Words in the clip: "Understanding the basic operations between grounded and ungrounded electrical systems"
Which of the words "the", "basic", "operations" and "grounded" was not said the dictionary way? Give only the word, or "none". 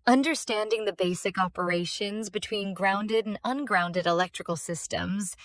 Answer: none